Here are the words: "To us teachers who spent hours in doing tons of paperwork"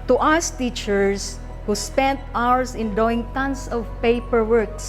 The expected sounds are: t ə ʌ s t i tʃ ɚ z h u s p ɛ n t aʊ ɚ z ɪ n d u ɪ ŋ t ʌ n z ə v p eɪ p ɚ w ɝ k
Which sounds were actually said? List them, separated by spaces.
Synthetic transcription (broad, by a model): t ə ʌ s t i tʃ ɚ s h u s p ɛ n t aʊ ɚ s ɪ n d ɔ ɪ ŋ t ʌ n s ə v p eɪ p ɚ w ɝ k